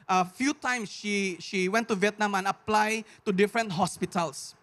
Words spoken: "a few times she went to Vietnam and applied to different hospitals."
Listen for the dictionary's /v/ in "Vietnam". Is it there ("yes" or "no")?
yes